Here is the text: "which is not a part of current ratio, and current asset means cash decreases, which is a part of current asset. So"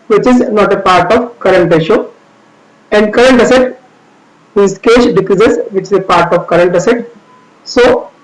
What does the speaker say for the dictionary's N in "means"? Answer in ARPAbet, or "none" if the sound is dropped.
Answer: none